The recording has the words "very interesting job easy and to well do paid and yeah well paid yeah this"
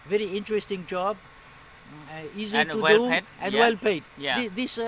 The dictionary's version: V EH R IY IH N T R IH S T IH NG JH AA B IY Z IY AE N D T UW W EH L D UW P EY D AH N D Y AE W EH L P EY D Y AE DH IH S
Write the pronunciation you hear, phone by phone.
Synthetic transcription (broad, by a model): V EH R IY IH N T R IH S T IH NG JH AA B IY Z IY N T UW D D UW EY AH N D W EH L P EY D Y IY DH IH S